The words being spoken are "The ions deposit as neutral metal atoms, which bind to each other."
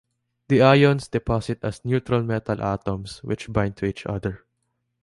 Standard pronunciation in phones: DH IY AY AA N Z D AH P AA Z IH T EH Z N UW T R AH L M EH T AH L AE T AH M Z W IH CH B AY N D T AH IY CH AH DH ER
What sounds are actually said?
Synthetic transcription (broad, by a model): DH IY AY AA N S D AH P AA S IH T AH S N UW T R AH L M EH T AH L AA T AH M S W IH CH B AY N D T AH IY CH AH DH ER